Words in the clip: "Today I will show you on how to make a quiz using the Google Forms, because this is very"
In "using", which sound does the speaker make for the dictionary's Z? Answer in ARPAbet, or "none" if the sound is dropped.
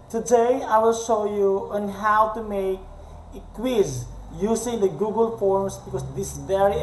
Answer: S